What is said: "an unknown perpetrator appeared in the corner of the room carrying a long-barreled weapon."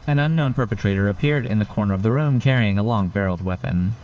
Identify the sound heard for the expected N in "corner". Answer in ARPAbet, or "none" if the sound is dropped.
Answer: N